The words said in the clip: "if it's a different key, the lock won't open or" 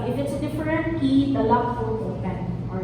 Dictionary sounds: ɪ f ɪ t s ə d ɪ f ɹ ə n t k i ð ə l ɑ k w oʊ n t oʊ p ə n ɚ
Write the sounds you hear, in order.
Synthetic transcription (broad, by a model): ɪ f ɪ t s d ɪ f ɹ ə n t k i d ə l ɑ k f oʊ l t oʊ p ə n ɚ